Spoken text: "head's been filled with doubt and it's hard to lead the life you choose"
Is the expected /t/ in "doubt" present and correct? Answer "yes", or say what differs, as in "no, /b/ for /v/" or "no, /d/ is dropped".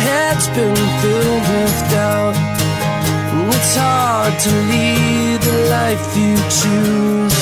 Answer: no, /t/ is dropped